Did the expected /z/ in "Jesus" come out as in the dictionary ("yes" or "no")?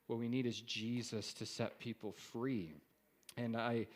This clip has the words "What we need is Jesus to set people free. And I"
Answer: yes